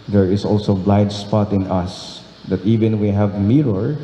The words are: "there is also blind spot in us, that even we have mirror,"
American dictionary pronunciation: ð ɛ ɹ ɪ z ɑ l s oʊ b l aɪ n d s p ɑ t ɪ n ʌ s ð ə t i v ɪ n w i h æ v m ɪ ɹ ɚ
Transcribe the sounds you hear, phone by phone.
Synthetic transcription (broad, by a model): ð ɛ ɹ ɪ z ɑ l s oʊ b l aɪ d s p ɑ t ɪ n ʌ s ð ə t i v ɪ n w i h æ v m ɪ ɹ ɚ